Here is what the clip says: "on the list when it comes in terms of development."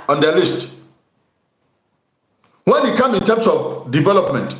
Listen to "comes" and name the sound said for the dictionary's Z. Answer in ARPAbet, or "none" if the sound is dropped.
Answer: none